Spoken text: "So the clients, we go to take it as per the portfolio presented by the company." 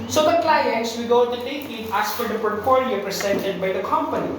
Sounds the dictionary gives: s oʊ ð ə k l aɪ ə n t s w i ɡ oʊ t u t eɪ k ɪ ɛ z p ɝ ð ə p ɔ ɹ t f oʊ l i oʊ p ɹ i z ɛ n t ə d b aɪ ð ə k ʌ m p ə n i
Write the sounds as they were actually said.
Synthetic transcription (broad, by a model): s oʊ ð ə k l aɪ ə n t s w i ɡ oʊ t u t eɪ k ɪ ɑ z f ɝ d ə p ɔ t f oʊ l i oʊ p ɹ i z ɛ n t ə d b aɪ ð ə k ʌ m p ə n i